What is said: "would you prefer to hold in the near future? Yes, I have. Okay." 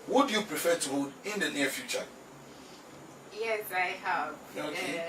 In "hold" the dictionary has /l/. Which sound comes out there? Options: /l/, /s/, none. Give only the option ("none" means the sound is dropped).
none